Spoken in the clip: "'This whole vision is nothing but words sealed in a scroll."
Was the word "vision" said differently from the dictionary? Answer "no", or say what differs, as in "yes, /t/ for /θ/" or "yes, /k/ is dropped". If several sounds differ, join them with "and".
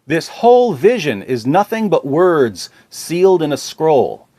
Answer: no